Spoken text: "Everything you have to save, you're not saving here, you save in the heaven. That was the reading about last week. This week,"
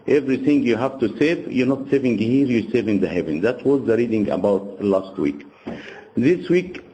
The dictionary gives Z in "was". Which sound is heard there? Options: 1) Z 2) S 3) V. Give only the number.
1